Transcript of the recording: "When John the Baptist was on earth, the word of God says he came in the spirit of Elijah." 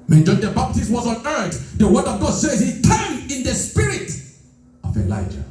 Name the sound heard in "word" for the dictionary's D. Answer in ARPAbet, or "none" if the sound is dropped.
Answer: D